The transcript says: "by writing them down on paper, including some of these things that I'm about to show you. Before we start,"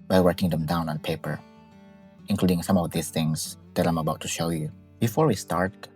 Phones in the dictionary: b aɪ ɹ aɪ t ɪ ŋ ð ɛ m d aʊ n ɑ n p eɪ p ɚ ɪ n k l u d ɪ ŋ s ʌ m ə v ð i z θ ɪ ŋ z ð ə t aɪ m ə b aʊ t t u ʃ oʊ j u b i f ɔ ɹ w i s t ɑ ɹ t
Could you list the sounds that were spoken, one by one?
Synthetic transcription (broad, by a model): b aɪ w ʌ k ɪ ŋ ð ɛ m d aʊ n ɑ n p eɪ p ɚ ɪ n k l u d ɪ ŋ s ʌ m ə v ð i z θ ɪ ŋ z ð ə t aɪ m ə b aʊ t t u ʃ oʊ j u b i f ɔ ɹ w i s t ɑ ɹ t